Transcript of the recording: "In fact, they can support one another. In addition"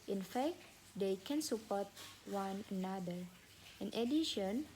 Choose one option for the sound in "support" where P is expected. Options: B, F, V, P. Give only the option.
P